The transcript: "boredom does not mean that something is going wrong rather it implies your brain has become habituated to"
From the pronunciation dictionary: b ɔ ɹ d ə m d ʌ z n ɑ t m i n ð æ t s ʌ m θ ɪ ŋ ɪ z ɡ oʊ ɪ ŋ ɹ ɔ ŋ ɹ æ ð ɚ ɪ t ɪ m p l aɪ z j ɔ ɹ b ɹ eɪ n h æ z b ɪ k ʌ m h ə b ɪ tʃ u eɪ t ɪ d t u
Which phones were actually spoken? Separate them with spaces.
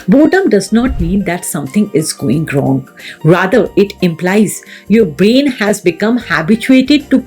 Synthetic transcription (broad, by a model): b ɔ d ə m d ʌ z n ɑ t m i n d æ t s ʌ m t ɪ ŋ ɪ z ɡ oʊ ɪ ŋ ɹ ɔ ŋ ɹ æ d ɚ ɪ t ɪ m p l aɪ z j ɔ ɹ b ɹ eɪ n h æ z b ɪ k ʌ m h ə b ɪ tʃ u eɪ t ɪ d t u